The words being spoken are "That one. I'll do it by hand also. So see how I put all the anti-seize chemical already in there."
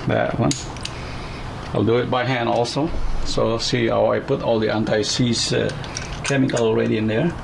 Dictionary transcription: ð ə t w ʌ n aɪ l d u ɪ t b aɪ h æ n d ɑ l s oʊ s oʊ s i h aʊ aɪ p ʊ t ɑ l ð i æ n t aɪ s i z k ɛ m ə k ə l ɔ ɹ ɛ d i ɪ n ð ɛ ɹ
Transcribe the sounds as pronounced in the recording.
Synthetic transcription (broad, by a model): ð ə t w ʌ n aɪ l d u ɪ t b aɪ h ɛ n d ɑ l s oʊ s oʊ s i h aʊ aɪ p ʊ t ɑ l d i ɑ n t aɪ s i s k ɛ m ə k ə l ɔ ɹ ɛ d i ɪ n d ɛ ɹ